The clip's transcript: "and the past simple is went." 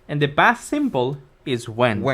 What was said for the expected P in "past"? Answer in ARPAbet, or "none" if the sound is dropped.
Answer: B